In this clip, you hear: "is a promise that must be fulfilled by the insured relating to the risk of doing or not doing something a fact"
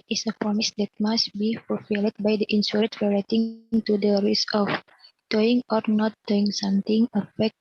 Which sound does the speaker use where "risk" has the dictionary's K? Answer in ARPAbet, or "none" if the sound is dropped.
none